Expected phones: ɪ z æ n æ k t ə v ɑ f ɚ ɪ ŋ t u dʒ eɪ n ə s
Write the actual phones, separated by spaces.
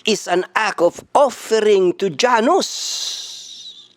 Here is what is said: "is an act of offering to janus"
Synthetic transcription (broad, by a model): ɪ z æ n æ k ə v ɑ f ɚ ɪ ŋ t u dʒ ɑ n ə s